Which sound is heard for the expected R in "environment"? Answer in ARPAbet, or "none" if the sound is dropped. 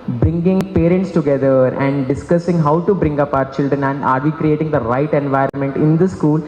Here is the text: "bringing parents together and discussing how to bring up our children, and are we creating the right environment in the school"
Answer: R